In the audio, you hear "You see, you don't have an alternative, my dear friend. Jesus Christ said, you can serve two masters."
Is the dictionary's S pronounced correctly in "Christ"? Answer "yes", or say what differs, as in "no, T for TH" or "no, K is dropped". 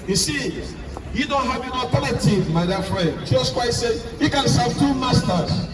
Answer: no, S is dropped